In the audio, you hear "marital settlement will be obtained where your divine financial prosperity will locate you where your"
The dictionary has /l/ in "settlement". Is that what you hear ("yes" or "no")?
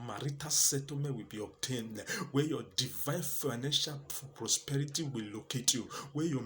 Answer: no